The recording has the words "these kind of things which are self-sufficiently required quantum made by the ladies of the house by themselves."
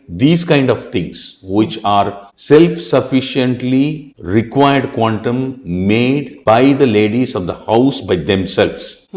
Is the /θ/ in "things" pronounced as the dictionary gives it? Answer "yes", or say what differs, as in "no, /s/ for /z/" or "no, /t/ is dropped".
no, /t/ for /θ/